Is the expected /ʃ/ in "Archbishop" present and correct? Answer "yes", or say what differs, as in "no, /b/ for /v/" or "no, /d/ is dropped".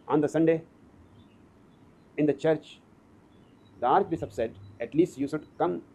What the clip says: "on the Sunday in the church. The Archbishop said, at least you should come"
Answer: no, /s/ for /ʃ/